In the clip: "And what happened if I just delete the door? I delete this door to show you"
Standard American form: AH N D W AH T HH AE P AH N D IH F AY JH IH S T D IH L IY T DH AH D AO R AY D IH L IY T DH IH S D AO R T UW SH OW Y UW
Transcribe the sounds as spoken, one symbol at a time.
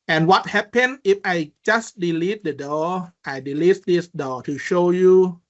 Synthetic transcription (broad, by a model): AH N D W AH T HH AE P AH N IH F AY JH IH S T D IH L IY T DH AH D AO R AY D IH L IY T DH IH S D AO T UW SH OW Y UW